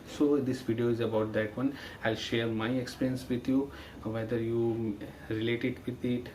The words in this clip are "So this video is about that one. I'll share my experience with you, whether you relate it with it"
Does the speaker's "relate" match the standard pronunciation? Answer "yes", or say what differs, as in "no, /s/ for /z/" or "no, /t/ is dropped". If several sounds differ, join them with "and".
yes